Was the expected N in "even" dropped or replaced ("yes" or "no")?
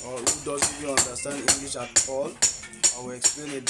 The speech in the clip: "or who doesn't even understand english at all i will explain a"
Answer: yes